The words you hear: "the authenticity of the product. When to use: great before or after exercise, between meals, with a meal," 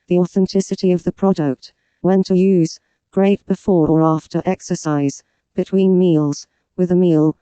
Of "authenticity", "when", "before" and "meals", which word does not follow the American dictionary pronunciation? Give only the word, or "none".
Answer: none